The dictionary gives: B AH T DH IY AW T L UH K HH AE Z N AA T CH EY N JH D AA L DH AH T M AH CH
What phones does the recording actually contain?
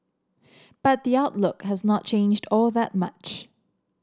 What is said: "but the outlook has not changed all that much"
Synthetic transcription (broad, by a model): B AH T DH IY AW T L UH K HH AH Z N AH T CH EY N JH D AA L DH AH T M AH CH